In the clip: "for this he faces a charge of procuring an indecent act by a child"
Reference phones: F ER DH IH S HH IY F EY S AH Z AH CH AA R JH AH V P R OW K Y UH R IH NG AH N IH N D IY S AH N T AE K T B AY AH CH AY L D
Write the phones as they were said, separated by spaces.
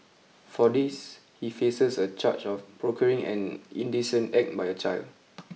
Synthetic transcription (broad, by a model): F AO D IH S HH IY F EY S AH S AH CH AA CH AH F P R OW K Y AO R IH NG AH N IH N D IY S AH N T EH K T B AY AH CH AY L D